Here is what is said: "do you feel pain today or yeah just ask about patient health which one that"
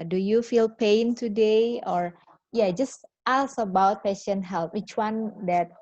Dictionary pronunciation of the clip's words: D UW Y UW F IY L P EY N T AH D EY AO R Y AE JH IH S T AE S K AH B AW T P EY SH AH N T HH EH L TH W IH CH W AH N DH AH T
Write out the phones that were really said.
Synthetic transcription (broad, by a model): D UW Y UW F IY L P EY N T AH D EY AO R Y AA JH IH S T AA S AH B AW T P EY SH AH N HH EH L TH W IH CH W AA N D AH T